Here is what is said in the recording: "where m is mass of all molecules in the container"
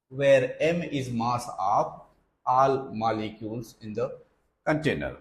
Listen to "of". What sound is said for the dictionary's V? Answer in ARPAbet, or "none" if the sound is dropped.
P